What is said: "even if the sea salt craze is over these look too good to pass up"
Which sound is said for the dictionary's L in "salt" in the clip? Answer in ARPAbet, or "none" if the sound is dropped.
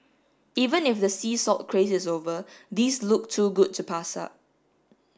none